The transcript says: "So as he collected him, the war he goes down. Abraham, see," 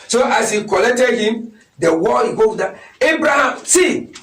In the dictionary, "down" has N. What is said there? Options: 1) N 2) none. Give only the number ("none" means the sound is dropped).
2